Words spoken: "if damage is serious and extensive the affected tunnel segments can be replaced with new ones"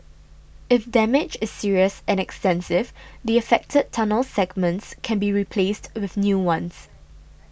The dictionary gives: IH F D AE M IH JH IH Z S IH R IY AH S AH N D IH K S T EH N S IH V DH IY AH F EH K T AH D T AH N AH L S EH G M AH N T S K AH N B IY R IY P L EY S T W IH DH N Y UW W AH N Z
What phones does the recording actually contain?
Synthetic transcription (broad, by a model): IH F D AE M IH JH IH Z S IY R IY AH S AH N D IH K S T EH N S IH V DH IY AH F EH K T AH D T AH N AH L S EH G M AH N T S K AH N B IY R IY P L EY S T W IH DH N Y UW W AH N S